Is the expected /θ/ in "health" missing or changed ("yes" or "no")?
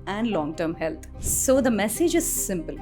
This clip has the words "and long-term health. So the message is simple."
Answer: yes